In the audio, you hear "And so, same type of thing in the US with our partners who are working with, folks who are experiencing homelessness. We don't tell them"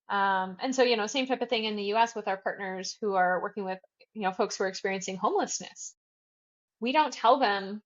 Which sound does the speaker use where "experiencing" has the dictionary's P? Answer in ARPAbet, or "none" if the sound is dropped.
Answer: P